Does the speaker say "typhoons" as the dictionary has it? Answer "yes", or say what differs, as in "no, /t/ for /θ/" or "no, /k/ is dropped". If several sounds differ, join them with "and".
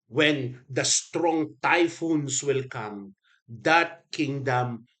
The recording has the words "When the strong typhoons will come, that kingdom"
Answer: no, /s/ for /z/